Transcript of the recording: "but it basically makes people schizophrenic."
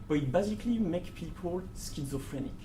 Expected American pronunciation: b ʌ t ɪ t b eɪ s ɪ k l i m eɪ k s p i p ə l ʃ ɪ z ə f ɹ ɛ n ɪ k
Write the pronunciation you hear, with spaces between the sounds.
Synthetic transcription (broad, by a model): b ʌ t ɪ t b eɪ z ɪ k l i m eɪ k p i p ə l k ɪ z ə f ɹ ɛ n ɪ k